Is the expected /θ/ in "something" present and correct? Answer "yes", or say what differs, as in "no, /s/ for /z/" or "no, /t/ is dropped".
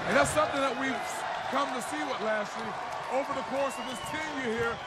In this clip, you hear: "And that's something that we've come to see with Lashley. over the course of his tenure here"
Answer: yes